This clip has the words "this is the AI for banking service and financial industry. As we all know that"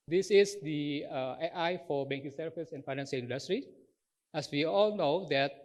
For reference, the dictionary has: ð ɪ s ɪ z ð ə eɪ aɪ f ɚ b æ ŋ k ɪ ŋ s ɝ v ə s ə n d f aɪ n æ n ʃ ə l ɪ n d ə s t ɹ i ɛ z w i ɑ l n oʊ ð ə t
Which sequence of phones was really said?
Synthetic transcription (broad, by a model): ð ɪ s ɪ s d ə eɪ aɪ f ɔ b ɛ ŋ k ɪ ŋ s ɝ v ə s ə n f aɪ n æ n s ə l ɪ n d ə s t ɹ i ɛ s w i ɑ l n oʊ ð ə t